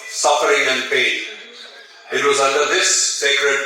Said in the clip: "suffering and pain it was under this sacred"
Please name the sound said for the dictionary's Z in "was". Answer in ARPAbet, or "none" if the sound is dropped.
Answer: Z